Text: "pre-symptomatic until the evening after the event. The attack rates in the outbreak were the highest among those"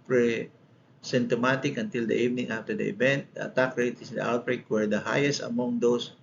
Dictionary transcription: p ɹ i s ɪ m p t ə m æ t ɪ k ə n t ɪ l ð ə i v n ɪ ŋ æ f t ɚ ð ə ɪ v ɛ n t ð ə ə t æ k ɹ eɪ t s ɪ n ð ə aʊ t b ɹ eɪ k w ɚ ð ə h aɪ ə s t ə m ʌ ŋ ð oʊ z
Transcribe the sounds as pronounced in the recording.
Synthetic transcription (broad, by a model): p ɹ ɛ s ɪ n t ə m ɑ t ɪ k ə n t ɪ l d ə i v n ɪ ŋ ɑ f t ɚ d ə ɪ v ɛ n t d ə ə t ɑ k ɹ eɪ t ɪ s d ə aʊ t b ɹ eɪ k w ɚ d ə h aɪ ə s t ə m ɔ ŋ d oʊ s